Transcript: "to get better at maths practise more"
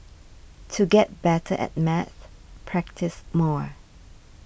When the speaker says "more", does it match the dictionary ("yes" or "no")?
yes